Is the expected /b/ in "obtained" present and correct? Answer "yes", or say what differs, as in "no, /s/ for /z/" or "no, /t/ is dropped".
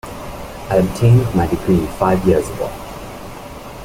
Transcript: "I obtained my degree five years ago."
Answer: yes